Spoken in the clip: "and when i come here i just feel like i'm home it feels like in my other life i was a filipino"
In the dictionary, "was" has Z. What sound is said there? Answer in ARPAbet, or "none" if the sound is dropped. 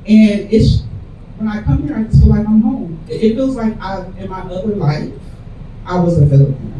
Z